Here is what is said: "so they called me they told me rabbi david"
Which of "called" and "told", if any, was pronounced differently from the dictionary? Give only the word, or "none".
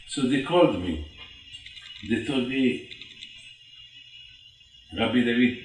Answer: told